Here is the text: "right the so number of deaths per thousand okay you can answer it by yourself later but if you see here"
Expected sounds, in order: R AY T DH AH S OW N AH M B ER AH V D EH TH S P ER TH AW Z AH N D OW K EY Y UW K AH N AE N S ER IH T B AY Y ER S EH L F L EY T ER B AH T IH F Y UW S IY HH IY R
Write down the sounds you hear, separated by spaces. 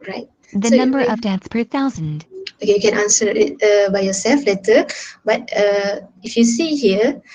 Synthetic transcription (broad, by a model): R AY T DH AH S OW N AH M B ER AH V D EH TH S P ER TH AW Z AH N D OW K EY Y UW K AH N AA N S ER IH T B AY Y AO S EH L F L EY T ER B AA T IH F Y UW S IY HH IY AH